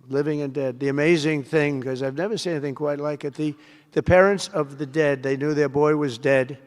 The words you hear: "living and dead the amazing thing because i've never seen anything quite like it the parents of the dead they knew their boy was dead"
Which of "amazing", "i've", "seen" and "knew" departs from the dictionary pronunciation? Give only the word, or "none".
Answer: seen